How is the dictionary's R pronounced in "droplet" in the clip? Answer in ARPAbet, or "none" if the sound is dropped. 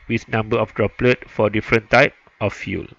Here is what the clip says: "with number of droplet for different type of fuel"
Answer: R